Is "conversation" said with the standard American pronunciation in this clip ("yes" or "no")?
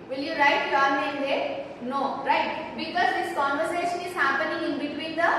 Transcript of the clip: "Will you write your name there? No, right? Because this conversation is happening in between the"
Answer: yes